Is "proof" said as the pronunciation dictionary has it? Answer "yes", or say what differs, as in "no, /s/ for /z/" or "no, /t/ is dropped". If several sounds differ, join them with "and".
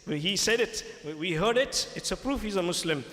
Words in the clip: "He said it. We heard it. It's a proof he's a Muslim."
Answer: yes